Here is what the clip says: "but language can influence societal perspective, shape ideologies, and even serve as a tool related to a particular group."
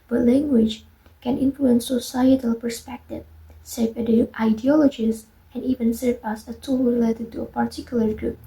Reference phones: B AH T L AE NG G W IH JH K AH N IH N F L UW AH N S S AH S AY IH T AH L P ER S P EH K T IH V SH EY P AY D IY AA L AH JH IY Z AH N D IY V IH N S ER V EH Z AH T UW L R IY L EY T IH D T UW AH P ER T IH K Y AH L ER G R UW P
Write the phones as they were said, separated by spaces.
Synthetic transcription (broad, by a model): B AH T L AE NG G W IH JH K AH N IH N F L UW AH N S S AH S AY IH T AH L P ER S P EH K T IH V S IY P AY D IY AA L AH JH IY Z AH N IY V IH N S ER V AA S AH T UW L R IY L EY T IH D T UW AH P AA T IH K Y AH L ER G R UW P